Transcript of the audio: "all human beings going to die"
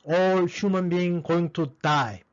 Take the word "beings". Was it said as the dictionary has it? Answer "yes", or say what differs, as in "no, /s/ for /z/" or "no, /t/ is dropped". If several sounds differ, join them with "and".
no, /z/ is dropped